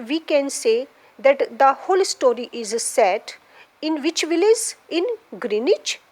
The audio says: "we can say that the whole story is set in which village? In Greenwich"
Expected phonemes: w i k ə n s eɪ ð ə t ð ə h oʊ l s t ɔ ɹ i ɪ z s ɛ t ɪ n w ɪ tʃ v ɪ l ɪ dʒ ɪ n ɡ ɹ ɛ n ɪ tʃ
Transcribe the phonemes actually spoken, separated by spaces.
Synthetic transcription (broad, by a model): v i k ə n s eɪ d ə t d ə h oʊ l s t ɔ ɹ i ɪ z s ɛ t ɪ n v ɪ tʃ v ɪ l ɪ z ɪ n ɡ ɹ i n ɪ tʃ